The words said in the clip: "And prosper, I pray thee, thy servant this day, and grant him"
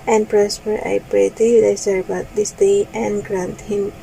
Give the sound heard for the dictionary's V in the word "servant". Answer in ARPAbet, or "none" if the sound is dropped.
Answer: B